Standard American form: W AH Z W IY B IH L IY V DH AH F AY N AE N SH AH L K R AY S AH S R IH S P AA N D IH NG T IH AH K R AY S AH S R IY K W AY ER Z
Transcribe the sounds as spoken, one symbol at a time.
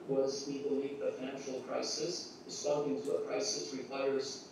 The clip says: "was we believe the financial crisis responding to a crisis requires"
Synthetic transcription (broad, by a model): W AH Z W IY B IH L IY V DH AH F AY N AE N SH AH L K R AY S AH S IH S AA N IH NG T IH AH K R AY S AH S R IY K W AY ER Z